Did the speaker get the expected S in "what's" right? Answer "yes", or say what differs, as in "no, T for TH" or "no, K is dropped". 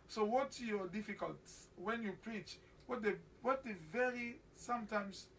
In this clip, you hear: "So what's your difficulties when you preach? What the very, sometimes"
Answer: no, S is dropped